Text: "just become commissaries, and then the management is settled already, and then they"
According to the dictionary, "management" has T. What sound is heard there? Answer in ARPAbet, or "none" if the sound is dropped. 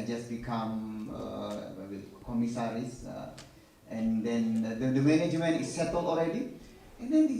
none